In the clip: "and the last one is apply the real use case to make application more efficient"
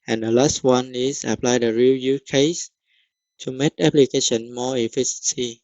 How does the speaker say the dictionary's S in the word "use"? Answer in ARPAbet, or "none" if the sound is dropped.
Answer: none